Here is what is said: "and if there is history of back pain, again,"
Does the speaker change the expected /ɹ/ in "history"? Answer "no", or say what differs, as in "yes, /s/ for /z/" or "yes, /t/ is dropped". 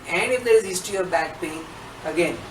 yes, /ɹ/ is dropped